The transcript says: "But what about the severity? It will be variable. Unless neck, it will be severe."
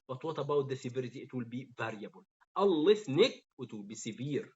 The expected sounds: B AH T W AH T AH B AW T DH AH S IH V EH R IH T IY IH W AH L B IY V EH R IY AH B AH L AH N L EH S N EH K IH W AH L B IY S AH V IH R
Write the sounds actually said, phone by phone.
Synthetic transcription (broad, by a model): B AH T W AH T AH B AW T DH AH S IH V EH R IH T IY IH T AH L B IY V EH R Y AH B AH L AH L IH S N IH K IH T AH L B IY S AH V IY R